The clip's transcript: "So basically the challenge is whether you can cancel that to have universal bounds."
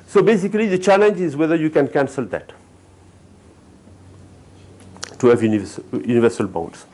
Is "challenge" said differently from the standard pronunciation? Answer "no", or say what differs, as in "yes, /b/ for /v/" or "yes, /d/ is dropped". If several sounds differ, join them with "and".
no